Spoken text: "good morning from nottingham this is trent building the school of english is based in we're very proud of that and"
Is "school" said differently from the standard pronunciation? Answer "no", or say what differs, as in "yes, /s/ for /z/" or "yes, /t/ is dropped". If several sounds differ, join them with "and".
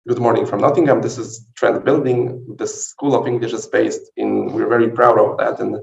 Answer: no